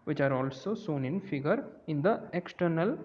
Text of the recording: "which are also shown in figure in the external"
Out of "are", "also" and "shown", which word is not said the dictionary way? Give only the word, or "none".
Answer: shown